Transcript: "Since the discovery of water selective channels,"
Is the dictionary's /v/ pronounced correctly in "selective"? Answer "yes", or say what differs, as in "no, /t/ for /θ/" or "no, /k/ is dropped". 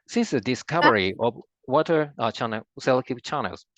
no, /p/ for /v/